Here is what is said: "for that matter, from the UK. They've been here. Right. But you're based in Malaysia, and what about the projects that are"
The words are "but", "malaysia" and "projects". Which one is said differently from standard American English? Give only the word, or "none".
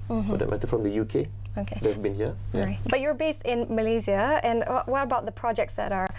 malaysia